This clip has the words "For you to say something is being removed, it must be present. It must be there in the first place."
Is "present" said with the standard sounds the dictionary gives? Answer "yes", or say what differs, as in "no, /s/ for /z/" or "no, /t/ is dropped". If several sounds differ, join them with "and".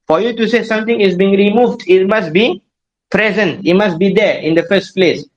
yes